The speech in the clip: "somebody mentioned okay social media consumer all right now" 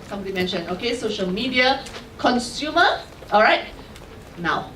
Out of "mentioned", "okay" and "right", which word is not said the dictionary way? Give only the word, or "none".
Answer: mentioned